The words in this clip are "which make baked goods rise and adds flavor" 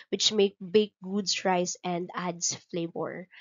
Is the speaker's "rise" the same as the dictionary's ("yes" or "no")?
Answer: no